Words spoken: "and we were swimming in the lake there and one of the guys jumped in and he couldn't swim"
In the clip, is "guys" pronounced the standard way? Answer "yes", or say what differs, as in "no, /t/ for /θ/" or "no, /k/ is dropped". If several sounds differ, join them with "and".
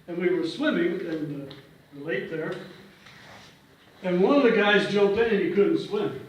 yes